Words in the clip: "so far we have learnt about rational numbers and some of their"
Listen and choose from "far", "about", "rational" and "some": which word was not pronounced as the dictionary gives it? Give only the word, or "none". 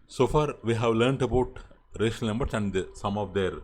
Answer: rational